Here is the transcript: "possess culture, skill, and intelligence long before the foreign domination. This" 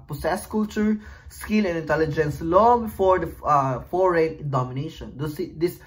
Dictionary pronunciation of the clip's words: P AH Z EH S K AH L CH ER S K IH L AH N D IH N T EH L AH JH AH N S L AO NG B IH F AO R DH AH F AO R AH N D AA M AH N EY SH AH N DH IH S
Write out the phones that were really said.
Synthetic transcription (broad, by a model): P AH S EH S K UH L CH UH S K IH L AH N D IH N T EH L AH JH AH N S L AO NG B IH F AO R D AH F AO R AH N D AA M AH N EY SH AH N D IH S